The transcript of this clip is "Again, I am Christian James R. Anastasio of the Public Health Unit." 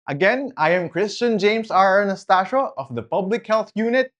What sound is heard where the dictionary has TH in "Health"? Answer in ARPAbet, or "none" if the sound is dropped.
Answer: TH